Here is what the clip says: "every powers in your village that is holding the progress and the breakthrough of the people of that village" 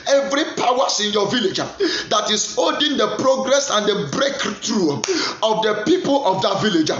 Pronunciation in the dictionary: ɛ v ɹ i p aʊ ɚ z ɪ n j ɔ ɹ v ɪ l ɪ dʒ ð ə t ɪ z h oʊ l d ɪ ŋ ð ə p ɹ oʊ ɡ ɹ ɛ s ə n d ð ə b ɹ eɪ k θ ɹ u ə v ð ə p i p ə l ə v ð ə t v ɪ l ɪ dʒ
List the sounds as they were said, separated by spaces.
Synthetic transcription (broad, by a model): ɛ v ɹ i p aʊ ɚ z ɪ n j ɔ v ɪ l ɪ dʒ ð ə t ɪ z oʊ d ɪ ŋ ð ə p ɹ oʊ ɡ ɹ ɛ s ə n d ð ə b ɹ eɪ k t ɹ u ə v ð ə p i p ə l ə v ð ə t v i l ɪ dʒ